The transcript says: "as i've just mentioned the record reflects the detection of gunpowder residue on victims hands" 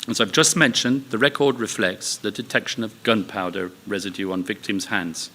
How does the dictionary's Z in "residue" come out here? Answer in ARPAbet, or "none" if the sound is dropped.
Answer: Z